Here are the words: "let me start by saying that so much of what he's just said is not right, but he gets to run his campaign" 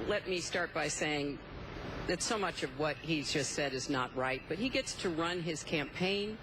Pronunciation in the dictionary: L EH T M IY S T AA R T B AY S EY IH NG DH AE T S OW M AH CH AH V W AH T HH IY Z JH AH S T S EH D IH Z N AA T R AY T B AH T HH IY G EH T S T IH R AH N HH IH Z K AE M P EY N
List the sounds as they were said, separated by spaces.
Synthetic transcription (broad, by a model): L EH T M IY S T AA R T B AY S EY IH NG DH AE T S OW M AH CH AH V W AH T HH IY Z JH AH S T S EH D IH Z N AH T R AY T B AH T HH IY G EH T S T IH R AH N IH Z K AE M P EY N